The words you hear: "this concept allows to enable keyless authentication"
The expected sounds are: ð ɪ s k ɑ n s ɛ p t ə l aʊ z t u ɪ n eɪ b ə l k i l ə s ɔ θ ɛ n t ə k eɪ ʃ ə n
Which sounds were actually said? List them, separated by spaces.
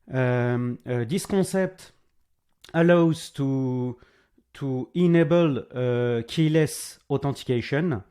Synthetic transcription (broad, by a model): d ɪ s k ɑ s ɛ p t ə l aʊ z t u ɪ n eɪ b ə l k i l ə s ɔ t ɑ t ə k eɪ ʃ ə n